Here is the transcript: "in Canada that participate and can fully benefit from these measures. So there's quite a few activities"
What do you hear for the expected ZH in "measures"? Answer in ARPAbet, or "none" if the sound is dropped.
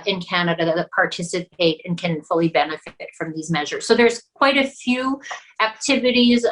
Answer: ZH